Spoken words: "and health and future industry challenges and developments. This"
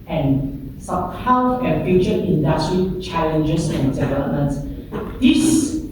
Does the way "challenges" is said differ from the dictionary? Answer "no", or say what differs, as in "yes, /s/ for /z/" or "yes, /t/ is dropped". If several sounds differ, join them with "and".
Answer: yes, /s/ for /z/